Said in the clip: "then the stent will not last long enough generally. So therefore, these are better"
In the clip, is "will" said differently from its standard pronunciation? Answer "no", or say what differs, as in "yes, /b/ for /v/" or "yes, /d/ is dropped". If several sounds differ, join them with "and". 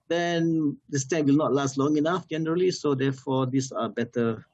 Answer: no